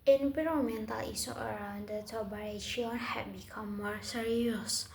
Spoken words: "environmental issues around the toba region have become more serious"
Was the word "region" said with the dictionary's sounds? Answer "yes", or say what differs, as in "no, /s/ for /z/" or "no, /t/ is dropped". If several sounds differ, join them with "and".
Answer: no, /ʃ/ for /dʒ/